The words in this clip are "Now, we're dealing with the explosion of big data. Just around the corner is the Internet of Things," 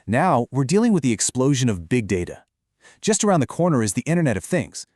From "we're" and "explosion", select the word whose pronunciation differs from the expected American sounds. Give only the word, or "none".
none